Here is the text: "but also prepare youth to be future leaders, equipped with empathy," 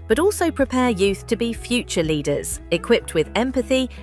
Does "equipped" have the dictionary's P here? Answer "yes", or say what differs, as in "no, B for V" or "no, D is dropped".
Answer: yes